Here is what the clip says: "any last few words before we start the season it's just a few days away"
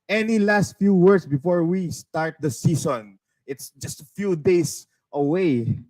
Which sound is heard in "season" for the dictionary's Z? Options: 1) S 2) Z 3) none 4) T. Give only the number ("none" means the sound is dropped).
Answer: 1